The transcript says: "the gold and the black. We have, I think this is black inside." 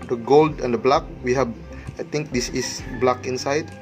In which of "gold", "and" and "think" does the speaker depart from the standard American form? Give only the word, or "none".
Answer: think